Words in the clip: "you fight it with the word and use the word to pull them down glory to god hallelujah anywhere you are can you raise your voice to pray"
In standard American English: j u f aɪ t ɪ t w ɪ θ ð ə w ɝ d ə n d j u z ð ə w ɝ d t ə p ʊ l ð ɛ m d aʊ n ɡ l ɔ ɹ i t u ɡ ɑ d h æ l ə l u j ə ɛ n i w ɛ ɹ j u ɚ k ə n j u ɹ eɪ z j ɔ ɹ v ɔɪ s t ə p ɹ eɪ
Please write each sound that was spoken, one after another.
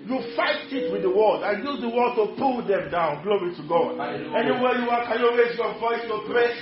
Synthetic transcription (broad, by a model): j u f aɪ t ɪ t w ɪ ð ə w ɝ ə l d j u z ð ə w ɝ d t ə p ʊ l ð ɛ m d aʊ n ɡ l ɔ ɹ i t u ɡ ɑ d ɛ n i w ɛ j u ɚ k ə n j u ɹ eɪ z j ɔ v ɔɪ s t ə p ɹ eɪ